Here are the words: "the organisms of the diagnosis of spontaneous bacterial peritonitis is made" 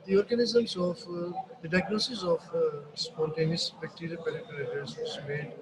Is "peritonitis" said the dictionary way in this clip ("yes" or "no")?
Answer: no